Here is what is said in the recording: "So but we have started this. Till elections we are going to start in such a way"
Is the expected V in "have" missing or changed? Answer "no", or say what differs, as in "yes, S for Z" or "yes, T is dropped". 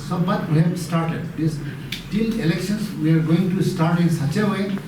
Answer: yes, B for V